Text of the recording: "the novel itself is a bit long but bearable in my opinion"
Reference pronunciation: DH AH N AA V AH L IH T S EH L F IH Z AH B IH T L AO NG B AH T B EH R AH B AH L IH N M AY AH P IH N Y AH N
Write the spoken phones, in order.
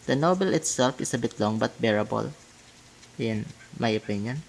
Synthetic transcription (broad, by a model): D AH N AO B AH L IH T S EH L F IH S AH B IH T L AO NG B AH T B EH R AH B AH L IH N M AY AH P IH N Y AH N